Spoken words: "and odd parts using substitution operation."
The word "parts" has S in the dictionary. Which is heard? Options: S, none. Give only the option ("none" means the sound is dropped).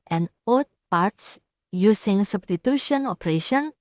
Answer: S